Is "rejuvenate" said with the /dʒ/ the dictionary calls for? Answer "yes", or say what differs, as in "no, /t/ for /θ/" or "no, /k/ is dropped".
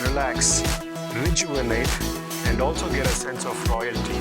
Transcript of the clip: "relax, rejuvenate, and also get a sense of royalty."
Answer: no, /tʃ/ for /dʒ/